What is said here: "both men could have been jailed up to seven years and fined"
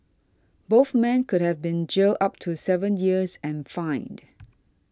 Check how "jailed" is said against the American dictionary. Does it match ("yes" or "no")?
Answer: no